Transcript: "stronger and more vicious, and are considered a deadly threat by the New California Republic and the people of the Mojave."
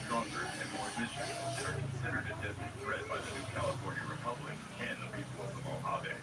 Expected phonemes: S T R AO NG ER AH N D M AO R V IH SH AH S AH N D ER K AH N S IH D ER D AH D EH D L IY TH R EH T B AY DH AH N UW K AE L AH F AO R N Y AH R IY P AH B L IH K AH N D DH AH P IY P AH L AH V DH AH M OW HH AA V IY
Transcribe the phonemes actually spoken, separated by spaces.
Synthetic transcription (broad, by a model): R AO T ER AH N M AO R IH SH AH AH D ER K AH N S IH D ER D AH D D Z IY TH R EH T B AY DH AH N UW K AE L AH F AO R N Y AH R IY P AH B L IH K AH N DH AH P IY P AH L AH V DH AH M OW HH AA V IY